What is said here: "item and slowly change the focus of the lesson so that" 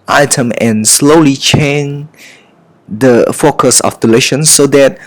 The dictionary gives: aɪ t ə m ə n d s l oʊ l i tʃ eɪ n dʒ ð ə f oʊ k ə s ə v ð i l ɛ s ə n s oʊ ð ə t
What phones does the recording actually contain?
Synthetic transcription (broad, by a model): aɪ t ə m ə n s l oʊ l i tʃ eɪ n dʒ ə f oʊ k ə s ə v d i l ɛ ʃ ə n s oʊ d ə t